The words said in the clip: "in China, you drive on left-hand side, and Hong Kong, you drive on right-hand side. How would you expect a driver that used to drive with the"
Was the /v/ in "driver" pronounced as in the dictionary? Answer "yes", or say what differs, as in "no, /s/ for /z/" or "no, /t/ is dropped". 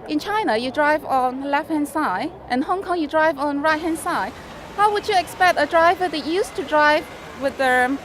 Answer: yes